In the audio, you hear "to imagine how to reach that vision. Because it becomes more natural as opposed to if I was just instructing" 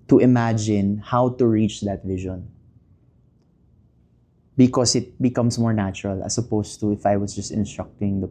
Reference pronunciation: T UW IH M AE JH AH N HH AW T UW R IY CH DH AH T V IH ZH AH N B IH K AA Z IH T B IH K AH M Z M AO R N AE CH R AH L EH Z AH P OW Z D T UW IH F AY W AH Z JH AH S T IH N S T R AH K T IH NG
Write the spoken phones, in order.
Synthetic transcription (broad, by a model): T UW IH M AE JH AH N HH AW T UW R IY CH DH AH T V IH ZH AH N B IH K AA S IH T B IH K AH M S M AO R N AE CH R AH L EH S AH P OW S T UW IH F AY W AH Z JH AH S T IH N S T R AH K T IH NG